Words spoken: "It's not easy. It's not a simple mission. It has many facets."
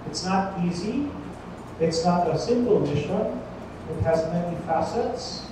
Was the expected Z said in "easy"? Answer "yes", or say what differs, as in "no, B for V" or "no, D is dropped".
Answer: yes